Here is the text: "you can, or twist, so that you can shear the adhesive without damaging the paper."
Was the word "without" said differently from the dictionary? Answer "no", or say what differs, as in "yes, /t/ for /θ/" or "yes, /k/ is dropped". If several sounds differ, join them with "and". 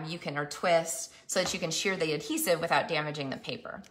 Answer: no